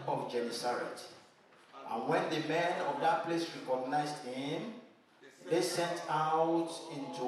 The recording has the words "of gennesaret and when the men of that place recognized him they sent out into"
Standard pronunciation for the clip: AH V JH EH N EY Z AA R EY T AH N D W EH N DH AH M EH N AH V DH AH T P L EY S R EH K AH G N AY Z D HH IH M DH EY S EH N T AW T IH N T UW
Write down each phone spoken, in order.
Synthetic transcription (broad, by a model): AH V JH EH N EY S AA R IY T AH N W EH N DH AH M EH N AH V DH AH T P L EY S R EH K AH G N AY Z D HH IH M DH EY S EH N T AW T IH N T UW